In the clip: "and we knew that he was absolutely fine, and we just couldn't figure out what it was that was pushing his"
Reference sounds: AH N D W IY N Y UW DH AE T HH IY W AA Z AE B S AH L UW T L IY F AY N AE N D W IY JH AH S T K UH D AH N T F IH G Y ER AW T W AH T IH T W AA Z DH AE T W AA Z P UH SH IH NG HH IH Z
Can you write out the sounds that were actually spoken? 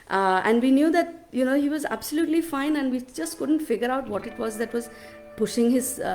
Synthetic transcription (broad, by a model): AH N D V IY N Y UW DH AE T HH IY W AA Z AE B S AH L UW T L IY F AY N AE N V IY JH AH S T K UH D AH N T F IH G Y ER AW T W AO T IH T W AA Z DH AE T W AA Z P UH SH IH NG HH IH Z